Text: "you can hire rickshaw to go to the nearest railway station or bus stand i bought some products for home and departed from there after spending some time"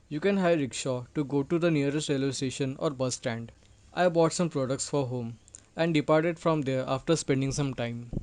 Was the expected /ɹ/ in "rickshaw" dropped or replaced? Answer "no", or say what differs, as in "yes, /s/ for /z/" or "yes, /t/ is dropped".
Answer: no